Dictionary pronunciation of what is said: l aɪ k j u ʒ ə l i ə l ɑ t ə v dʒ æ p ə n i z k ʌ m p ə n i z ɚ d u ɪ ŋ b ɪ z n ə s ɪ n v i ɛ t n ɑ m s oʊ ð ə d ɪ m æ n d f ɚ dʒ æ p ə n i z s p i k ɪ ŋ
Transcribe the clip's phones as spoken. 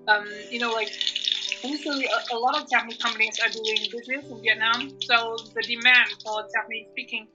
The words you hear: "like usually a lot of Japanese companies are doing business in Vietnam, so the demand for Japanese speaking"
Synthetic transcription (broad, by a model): l aɪ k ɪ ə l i ə l ɑ t ə v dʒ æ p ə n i k ʌ m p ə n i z ɚ d u ɪ ŋ b ɪ z n ə s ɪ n v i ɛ t n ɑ m s oʊ ð ə d ɪ m æ n d f ɚ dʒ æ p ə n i s p i k ɪ ŋ